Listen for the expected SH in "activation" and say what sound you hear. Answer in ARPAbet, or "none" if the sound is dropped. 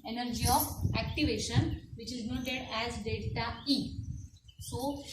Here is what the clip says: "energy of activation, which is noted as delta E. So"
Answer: SH